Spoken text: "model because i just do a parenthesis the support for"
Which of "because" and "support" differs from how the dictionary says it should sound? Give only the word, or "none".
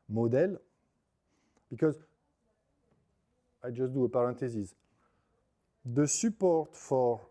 none